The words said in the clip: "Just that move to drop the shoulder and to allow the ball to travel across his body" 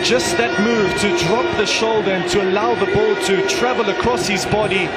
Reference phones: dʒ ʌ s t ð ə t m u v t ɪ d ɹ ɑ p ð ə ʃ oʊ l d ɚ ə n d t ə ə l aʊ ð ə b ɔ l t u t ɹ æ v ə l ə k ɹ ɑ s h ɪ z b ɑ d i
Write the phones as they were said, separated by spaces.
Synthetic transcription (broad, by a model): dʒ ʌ s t ð ə t m u v t ɪ d ɹ ɑ p ð ə ʃ oʊ l d ɚ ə n t ə ə l aʊ ð ə b ɔ l t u t ɹ æ v ə l ə k ɹ ɑ s h ɪ z b ɑ d i